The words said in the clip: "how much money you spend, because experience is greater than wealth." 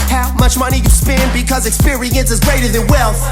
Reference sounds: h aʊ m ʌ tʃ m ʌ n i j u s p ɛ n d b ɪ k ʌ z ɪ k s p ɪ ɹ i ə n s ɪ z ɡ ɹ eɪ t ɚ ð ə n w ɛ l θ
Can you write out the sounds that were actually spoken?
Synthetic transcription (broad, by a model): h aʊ m ʌ tʃ m ʌ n i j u s p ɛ n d b ɪ k ʌ z ɪ k s p ɪ ɹ i ə n s ɪ z ɡ ɹ eɪ t ɚ ð ə n w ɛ l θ